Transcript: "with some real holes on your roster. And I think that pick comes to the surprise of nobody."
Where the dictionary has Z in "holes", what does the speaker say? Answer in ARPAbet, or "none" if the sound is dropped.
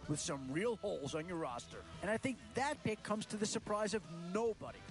Z